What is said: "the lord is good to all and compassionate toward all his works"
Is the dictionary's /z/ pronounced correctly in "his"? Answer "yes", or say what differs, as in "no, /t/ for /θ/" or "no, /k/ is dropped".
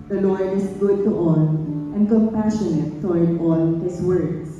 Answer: no, /s/ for /z/